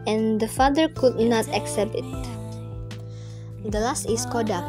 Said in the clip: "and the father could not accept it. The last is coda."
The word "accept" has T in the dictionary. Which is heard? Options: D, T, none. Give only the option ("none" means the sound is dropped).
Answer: T